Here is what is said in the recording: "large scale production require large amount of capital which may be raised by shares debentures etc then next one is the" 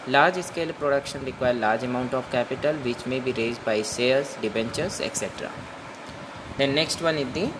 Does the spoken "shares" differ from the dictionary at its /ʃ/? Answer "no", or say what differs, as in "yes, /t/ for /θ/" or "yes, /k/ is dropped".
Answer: yes, /s/ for /ʃ/